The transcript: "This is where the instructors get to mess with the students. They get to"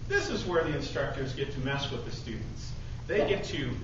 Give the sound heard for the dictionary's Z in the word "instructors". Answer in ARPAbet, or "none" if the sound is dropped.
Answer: Z